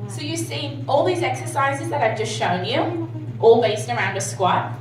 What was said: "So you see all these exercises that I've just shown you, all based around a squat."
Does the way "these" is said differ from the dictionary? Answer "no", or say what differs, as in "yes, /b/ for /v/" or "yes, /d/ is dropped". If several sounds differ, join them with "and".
no